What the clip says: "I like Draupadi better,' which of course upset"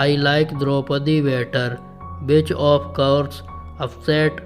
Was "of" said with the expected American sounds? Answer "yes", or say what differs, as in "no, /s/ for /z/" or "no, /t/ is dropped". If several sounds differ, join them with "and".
no, /p/ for /v/